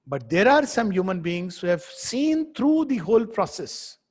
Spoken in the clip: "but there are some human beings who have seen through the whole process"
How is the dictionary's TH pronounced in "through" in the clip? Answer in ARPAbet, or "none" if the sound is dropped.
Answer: T